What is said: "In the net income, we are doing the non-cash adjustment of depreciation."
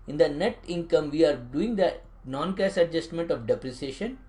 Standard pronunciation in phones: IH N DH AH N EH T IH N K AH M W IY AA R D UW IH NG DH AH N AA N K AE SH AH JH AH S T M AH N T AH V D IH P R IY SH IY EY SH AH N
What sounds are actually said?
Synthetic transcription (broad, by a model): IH N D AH N EH T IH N K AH M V IY AA R D UW IH NG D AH N AA N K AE S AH JH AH S T M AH N T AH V D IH P R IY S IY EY SH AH N